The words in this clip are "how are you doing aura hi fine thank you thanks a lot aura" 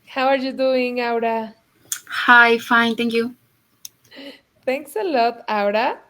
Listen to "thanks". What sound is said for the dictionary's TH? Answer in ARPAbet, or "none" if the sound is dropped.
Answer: T